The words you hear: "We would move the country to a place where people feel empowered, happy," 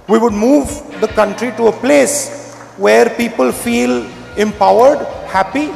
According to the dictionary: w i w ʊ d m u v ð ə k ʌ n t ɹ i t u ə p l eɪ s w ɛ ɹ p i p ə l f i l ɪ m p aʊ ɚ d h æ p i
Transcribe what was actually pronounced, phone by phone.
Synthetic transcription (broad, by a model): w i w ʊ d m u v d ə k ʌ n t ɹ i t u ə p l eɪ s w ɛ ɹ p i p ə l f i l ɪ m p aʊ ɚ d h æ p i